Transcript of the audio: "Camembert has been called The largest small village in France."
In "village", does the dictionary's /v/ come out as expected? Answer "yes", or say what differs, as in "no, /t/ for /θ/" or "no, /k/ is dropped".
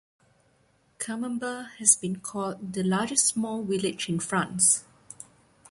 no, /w/ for /v/